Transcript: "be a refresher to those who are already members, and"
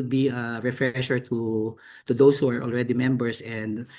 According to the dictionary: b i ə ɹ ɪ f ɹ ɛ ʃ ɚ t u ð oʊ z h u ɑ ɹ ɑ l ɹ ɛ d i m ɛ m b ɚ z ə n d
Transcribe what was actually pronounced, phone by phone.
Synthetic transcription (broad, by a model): b i ə ɹ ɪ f ɹ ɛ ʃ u t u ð oʊ s h u ɑ ɹ ɑ l ɹ ɛ d i m ɛ m b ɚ s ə n d